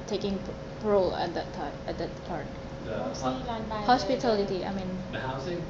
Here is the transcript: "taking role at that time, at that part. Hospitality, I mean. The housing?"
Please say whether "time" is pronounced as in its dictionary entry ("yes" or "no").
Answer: no